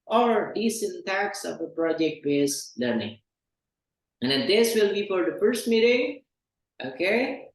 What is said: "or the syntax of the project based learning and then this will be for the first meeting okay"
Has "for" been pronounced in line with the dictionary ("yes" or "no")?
yes